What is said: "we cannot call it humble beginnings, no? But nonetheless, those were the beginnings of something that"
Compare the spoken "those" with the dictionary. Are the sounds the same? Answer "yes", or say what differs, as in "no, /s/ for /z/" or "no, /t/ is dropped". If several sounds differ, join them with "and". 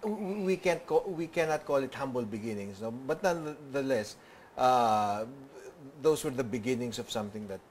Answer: no, /s/ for /z/